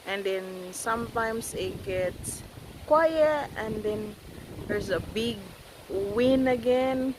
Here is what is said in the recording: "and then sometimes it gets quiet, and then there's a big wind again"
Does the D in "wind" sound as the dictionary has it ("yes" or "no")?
no